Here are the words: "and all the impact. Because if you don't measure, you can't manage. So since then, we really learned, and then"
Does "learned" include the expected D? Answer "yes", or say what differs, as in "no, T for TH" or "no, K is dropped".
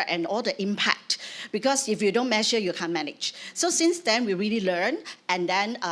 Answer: no, D is dropped